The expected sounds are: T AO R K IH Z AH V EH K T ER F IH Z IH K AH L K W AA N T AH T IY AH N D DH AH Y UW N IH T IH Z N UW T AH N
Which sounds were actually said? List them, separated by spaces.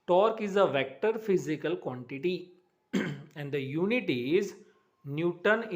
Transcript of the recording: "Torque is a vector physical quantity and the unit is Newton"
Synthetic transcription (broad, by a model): T AO R K IH Z AH V EH K T ER F IH Z IH K AH L K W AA N T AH T IY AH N D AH Y UW N IH T IH Z N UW T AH N